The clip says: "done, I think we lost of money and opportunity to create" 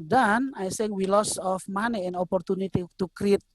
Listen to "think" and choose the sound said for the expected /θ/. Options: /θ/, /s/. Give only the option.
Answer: /s/